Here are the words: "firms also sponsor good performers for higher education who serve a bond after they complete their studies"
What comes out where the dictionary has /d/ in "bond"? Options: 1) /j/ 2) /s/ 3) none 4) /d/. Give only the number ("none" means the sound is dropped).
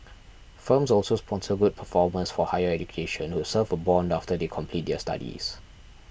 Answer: 4